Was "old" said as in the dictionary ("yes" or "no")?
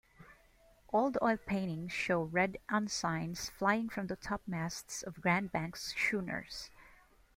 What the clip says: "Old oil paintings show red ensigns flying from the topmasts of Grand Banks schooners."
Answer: yes